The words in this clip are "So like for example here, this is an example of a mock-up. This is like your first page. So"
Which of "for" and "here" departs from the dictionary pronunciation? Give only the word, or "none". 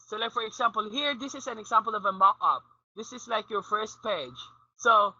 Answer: none